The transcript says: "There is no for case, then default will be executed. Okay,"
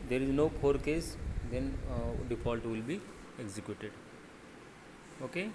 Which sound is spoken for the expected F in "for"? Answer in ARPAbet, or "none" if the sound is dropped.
P